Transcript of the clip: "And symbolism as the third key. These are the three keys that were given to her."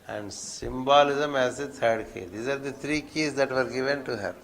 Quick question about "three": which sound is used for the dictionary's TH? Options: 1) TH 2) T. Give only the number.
2